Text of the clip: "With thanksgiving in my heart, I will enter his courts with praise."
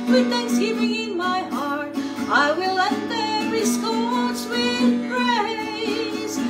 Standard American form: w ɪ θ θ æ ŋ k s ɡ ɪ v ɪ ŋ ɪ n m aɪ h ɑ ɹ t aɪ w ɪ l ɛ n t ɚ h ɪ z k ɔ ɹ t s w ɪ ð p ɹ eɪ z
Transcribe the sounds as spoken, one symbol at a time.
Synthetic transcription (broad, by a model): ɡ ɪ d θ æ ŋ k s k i p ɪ ŋ ɪ n m aɪ h ɑ ɹ t aɪ w ɪ l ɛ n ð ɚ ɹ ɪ s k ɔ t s w ɪ ð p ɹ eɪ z